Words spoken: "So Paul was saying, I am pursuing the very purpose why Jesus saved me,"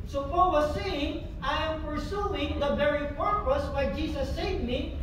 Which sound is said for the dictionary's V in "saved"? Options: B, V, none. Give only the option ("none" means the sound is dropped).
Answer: none